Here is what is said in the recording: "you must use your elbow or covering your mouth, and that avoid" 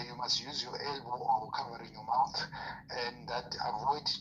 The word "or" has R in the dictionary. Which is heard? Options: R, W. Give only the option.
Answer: W